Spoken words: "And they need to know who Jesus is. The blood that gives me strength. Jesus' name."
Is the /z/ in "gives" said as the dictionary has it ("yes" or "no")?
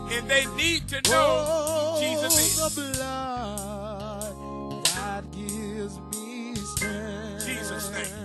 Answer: yes